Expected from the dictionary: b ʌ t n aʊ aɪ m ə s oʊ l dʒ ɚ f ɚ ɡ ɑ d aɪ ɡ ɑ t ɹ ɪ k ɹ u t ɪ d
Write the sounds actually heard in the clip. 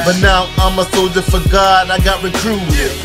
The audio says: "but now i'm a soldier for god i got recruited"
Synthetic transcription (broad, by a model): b ʌ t n aʊ aɪ m ə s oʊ dʒ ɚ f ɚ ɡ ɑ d aɪ ɡ ɑ t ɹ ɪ k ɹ u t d